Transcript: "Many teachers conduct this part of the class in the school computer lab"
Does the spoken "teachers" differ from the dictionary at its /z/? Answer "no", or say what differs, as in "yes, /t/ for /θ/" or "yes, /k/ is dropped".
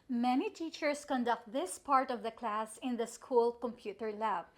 yes, /s/ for /z/